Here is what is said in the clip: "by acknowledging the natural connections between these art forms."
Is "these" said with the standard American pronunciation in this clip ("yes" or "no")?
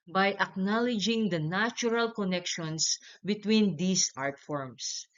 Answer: no